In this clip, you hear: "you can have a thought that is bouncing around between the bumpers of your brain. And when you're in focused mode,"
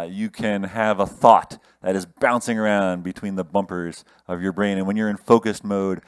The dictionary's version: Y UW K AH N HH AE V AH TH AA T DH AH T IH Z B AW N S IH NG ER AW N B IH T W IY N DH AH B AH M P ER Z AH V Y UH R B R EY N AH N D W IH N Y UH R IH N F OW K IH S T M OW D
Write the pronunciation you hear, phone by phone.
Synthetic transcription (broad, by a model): Y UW K AH N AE V AH TH AA T DH AH T IH Z B AW N S IH NG ER AW N B IH T W IY N DH AH B AH M P ER Z AH V Y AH R B R EY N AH N W IH N Y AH R IH N F OW K IH S T M OW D